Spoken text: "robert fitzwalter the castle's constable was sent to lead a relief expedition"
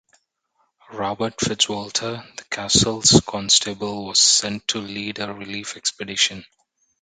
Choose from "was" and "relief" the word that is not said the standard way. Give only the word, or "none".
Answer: none